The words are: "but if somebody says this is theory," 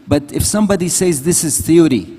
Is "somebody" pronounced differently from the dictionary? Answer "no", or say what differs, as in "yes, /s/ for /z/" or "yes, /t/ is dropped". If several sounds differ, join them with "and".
no